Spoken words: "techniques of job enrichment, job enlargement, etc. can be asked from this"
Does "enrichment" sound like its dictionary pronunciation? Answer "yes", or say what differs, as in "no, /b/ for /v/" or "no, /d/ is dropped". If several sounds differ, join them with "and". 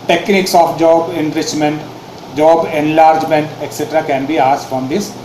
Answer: yes